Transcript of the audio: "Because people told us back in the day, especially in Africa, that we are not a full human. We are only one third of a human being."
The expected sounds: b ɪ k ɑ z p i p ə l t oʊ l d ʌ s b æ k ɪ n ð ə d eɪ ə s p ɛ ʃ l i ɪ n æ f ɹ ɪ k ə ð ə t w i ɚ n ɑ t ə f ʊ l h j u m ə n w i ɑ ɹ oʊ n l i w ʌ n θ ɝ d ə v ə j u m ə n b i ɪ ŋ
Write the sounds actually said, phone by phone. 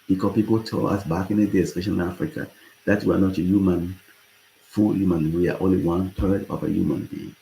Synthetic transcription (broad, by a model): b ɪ k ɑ p i p ə l t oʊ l ʌ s b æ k ɪ n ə d eɪ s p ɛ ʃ i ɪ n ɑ f ɹ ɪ k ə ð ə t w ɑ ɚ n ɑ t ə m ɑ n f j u m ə n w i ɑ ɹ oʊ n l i w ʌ n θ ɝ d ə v ə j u m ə n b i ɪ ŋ